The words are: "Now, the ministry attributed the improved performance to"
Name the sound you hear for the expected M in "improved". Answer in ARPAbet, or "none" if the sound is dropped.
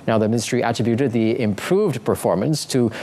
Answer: M